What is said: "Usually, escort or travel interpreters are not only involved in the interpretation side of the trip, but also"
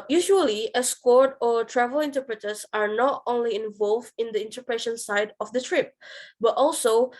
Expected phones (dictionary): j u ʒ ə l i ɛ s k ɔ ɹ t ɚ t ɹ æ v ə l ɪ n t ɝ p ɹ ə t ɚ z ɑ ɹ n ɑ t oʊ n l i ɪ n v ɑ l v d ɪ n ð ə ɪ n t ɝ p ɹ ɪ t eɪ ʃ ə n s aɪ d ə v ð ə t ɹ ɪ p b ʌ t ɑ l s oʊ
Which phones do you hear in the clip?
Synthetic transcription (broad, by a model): j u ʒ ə l i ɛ s k ɔ ɹ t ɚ t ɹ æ v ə l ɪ n t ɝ p ɹ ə t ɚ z ɑ ɹ n ɑ t oʊ n l i ɪ n v ɑ l v d ɪ n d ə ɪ n t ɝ p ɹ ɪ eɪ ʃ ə n s aɪ d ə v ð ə t ɹ ɪ p b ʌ t ɑ l s oʊ